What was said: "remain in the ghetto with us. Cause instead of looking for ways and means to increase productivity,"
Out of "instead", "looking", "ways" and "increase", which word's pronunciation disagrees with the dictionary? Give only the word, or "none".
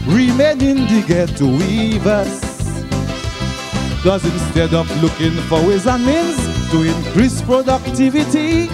none